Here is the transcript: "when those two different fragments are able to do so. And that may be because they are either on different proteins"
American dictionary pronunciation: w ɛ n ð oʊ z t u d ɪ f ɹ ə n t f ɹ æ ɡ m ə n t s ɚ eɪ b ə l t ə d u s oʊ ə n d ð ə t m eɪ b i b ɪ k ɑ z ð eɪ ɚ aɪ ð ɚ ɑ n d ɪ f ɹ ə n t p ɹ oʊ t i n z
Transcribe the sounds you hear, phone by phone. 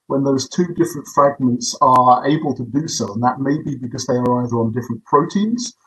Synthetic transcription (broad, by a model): w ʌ n ð oʊ z t u d ɪ f ɹ ə n t f ɹ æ ɡ m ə n t s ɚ eɪ b ə l t ə d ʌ s oʊ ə n ð ə t m eɪ b i b ɪ k ɑ z ð eɪ ɚ aɪ ð ɚ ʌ n d ɪ f ɹ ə n p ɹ oʊ t i n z